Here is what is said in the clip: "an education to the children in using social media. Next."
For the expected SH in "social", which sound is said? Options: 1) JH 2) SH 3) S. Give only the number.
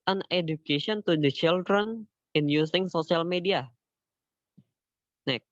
3